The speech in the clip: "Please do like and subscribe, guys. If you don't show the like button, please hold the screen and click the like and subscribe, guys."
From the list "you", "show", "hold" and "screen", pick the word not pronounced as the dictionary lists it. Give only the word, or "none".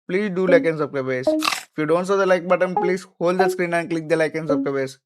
show